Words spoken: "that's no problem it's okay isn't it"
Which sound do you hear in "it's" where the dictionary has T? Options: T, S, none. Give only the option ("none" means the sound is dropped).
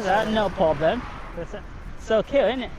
S